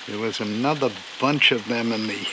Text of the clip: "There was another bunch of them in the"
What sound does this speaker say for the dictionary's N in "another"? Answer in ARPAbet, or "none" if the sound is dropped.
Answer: N